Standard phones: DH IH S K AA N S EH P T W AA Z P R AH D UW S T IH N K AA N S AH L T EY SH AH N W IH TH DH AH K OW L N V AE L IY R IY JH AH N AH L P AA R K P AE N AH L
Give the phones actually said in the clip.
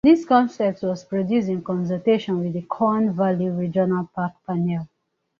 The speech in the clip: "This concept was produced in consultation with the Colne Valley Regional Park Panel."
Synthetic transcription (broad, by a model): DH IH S K AA N S EH P T W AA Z P R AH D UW S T IH N K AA N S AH T EY SH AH N W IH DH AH K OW N V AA L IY R IY JH AH N AH L P AA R K P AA N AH L